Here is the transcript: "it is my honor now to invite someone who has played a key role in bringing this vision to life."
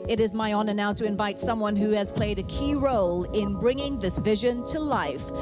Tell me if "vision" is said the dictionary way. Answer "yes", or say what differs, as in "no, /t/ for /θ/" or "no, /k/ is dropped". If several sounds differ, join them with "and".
yes